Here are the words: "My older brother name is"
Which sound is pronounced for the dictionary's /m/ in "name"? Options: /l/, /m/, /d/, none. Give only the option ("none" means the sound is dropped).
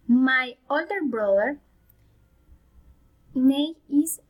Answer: none